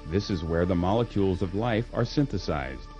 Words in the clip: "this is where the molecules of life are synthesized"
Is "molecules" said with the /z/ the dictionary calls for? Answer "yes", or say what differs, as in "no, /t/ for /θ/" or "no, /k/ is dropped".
yes